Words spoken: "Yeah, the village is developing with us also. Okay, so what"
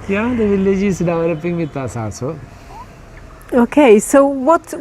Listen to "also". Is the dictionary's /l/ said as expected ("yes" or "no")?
no